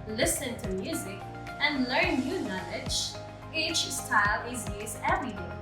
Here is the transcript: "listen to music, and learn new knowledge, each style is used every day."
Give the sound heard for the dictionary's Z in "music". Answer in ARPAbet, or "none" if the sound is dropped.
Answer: Z